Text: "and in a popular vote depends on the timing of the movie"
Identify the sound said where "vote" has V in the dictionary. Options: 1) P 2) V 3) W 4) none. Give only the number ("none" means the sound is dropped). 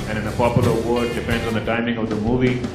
3